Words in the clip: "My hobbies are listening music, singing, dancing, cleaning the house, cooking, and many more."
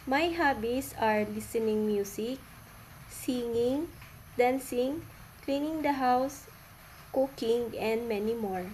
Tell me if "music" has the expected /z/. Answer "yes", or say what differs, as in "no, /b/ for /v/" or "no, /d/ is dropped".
no, /s/ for /z/